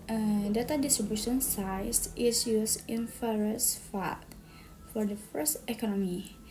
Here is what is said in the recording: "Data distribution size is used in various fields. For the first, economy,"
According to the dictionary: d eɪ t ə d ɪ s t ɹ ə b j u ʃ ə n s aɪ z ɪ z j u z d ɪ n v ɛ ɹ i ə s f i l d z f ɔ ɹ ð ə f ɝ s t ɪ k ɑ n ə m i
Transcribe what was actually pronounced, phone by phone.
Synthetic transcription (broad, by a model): d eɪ t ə d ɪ s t ɹ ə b j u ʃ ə n s aɪ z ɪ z j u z ɪ n f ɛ ɹ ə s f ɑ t f ɔ ɹ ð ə f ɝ s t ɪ k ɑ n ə m i